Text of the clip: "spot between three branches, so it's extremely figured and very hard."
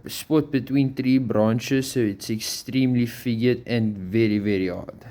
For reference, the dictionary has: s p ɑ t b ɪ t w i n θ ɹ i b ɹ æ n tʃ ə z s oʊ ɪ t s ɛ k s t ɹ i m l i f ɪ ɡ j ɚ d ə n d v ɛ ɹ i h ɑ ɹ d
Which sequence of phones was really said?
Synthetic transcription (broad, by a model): s p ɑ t b ɪ t w i n t ɹ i b ɹ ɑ n ʃ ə s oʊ ɪ t s ɛ k s t ɹ i m l i f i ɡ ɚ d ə n v ɛ ɹ i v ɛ ɹ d